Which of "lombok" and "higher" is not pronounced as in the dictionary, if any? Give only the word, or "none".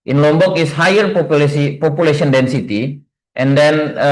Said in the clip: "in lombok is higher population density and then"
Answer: none